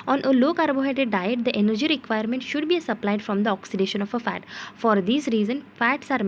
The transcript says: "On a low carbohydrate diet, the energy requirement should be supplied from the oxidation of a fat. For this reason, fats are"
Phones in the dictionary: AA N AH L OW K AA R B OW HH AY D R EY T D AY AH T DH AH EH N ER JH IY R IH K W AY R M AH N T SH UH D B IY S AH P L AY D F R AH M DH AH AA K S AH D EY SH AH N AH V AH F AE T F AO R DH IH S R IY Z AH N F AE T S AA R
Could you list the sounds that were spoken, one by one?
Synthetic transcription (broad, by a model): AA N AH L OW K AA R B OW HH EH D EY D AY AH T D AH EH N ER JH IY R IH K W AY R M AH N T SH UH D B IY S AH P L AY D F R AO M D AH AA K S AH D EY SH AH N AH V AH F AE T F AO R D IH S R IY Z AH N F AE T S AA R